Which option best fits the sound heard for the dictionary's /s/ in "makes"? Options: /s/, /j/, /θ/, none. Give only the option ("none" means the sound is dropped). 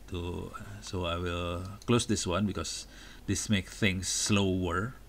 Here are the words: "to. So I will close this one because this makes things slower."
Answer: none